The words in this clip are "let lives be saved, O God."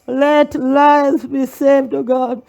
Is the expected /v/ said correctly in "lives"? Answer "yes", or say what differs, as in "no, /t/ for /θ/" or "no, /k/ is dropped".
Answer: no, /v/ is dropped